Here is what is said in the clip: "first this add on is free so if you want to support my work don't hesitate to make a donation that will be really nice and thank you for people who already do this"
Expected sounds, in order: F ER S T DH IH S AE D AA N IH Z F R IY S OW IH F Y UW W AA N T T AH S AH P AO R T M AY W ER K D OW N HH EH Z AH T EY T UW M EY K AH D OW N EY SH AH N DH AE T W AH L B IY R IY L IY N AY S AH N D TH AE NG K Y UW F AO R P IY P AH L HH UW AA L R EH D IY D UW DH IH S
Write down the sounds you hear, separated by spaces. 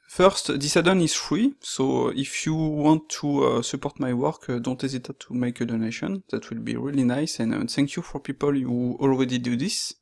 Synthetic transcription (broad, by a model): F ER S T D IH S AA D AA N IH Z F R IY S OW IH F Y UW W AA N T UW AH S AH P AO R T M AY W ER K D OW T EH Z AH T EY T UW M EY K AH D OW N EY SH AH N DH AE T W AH L B IY R IY L IY N AY S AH N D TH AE NG K Y UW F AO R P IY P AH L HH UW AA L R EH D IY D UW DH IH S